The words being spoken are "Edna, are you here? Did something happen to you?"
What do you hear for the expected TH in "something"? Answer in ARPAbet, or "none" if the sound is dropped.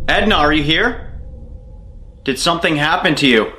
TH